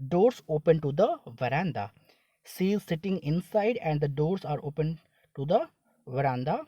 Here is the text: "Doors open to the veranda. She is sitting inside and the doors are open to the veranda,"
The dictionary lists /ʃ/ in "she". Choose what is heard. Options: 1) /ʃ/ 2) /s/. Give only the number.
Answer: 2